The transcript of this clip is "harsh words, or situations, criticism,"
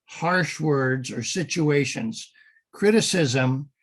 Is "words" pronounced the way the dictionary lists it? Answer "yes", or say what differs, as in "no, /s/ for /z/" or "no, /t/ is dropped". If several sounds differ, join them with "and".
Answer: yes